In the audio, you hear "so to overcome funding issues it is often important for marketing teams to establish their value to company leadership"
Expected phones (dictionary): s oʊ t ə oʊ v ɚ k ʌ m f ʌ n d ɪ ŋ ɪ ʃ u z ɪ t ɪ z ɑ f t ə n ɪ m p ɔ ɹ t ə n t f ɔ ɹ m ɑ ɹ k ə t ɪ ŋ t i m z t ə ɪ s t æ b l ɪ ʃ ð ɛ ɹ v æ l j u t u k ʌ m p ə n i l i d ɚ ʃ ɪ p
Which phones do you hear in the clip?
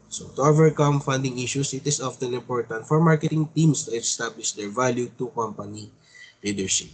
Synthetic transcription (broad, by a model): s oʊ t ə oʊ v ɚ k ʌ m f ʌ n d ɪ ŋ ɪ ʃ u s ɪ t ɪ s ɑ f t ə n ɪ m p ɔ ɹ t ə n t f ɔ ɹ m ɑ ɹ k ə t ɪ ŋ t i m s t ə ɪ s t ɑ b l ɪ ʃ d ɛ ɹ v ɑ l j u t u k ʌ m p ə n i l i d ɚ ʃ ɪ p